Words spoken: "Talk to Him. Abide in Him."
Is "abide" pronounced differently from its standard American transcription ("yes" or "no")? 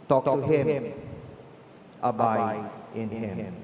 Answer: yes